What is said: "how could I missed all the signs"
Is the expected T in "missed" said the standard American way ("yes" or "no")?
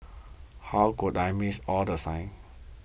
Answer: no